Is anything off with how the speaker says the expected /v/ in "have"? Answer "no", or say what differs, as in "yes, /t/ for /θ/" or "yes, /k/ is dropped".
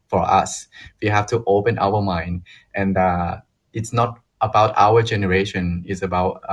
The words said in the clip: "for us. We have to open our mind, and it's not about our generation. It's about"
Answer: yes, /f/ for /v/